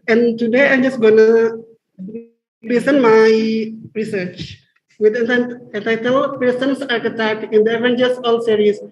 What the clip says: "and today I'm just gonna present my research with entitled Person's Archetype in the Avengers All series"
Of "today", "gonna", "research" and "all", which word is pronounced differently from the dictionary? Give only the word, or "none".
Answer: none